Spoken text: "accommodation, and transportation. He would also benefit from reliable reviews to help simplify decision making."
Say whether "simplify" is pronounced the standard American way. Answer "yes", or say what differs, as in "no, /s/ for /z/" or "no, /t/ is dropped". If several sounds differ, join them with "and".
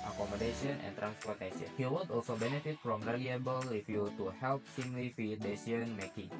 no, /p/ is dropped